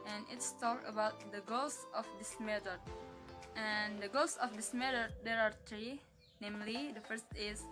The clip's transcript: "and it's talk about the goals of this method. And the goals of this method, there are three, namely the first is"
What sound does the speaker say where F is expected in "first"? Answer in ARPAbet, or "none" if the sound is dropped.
F